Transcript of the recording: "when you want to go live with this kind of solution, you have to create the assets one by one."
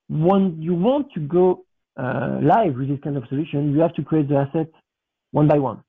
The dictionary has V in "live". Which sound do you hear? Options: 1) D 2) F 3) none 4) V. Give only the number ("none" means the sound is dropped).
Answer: 4